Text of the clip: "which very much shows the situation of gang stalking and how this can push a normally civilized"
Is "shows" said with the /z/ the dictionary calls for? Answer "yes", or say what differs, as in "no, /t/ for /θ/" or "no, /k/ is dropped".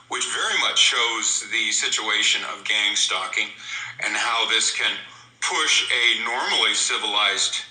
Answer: yes